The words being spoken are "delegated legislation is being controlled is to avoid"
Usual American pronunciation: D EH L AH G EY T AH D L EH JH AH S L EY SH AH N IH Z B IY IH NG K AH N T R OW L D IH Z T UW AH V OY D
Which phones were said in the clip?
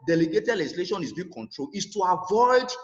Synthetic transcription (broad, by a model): D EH L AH G EY T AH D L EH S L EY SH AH N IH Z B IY K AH N T R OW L IH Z T UW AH V OY D